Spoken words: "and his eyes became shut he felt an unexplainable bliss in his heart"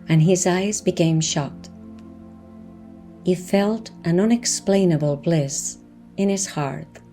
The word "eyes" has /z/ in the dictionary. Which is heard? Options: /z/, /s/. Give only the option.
/z/